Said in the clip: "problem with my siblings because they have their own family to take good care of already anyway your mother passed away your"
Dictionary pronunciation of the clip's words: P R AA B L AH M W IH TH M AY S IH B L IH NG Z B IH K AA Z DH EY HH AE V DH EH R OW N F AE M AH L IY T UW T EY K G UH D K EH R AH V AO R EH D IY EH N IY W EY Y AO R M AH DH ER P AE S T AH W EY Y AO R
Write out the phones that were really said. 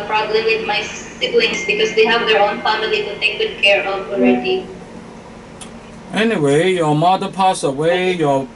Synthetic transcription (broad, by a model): P R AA B L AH M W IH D M AY S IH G L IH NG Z B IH K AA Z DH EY HH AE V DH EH R OW N F AE M AH L IY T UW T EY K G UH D K EH R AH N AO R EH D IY EH N IY W EY Y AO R M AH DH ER P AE S AH W EY Y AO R